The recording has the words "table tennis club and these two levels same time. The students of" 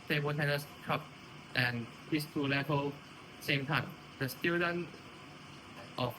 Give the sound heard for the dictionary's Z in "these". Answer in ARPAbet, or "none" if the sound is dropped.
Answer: S